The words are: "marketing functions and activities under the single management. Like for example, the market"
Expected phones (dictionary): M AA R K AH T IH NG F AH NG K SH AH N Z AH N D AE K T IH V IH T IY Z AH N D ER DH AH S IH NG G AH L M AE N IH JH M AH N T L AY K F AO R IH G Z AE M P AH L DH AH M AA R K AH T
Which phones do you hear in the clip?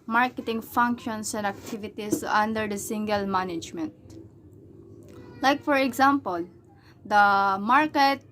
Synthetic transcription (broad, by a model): M AA R K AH T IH NG F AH NG K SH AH N S AH N D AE K T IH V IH T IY S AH N D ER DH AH S IH NG G AH L M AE N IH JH M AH N T L AY K F AO R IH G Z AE M P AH L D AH M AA R K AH T